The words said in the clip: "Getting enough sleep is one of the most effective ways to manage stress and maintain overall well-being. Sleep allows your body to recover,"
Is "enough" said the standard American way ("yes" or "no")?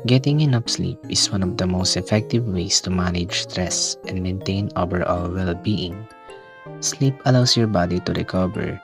no